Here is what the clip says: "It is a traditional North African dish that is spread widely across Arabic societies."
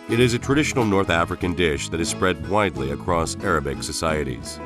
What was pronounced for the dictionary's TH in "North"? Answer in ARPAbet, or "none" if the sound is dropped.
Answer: TH